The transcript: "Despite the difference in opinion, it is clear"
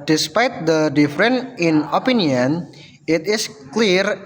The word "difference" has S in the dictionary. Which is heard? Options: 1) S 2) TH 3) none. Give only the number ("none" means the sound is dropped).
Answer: 3